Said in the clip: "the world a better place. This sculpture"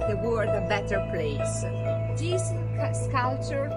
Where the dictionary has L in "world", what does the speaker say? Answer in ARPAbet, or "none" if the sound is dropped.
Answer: none